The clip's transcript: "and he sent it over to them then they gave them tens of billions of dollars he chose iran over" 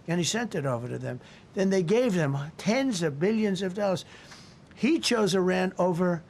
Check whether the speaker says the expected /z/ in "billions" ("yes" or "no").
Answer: yes